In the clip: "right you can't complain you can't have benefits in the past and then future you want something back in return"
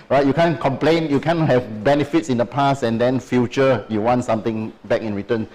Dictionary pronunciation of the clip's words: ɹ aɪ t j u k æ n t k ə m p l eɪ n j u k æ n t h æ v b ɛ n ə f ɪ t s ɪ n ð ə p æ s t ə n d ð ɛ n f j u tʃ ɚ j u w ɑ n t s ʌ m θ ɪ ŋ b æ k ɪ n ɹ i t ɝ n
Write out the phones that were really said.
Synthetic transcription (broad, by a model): ɹ aɪ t j u k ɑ n k ə m p l eɪ n j u k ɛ n h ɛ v b ɛ n ə f ɪ t s ɪ n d ə p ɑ s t ə n d ɛ n f j u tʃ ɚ j u w ɑ n t s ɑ m t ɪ ŋ b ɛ k ɪ n ɹ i t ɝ n